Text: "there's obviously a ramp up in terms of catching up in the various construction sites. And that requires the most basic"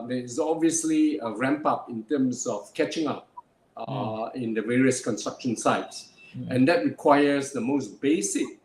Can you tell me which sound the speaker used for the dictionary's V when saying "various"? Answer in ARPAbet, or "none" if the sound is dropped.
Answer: V